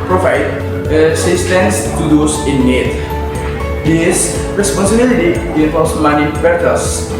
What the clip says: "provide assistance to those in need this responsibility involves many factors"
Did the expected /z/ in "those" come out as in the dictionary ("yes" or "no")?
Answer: no